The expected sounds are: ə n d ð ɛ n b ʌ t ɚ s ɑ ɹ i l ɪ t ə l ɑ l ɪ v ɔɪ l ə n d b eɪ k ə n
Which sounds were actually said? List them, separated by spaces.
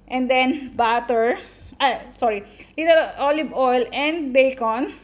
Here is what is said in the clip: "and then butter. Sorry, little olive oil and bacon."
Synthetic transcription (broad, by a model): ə n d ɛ n b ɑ t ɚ s ɑ ɹ i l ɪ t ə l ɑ l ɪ b ɔɪ l ə n d b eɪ k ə n